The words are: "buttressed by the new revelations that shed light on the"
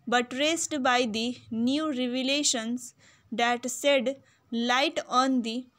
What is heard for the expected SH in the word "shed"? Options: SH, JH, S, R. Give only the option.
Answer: S